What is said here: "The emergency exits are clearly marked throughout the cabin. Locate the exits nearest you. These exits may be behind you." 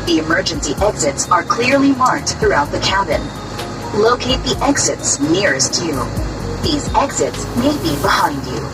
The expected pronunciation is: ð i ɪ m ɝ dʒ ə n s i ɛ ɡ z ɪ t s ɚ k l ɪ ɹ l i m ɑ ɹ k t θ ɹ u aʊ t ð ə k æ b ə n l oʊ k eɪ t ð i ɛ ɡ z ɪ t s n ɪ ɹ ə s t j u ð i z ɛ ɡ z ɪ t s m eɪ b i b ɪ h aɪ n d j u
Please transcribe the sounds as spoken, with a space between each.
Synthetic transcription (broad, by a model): ð i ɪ m ɝ dʒ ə n s i ɛ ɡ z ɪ t s ɚ k l ɪ ɹ l i m ɑ ɹ k t θ ɹ u aʊ t ð ə k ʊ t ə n l oʊ k eɪ t ð i ɛ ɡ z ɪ t s n ɪ ɹ ə s t j u ð i z ɛ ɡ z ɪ t s m eɪ b i b ɪ h aɪ n d j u